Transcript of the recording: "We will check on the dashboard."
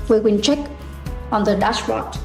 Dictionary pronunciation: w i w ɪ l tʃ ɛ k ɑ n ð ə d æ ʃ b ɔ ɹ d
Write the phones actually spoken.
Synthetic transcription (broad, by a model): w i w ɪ n tʃ ɛ k ɑ n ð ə d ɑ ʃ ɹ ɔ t